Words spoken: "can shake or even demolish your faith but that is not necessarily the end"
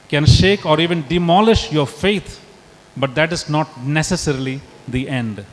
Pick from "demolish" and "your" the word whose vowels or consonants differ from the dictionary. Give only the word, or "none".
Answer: none